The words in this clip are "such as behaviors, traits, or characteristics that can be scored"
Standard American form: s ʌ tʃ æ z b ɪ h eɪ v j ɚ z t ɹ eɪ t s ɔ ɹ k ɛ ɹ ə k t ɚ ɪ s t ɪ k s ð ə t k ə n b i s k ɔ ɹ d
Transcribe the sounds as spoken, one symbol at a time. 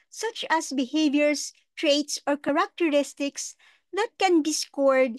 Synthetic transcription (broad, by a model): s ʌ tʃ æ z b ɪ h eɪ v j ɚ s t ɹ eɪ t s ɔ ɹ k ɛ ɹ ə k t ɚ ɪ s t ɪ k s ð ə t k ə n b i s k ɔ ɹ d